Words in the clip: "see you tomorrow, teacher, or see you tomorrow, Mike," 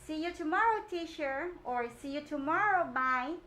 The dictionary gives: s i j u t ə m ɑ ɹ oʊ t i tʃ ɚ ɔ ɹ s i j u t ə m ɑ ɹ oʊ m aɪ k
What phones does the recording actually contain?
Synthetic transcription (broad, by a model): s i j u t ə m ɑ ɹ oʊ t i ʃ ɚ ɔ ɹ s i j u t ə m ɑ ɹ oʊ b aɪ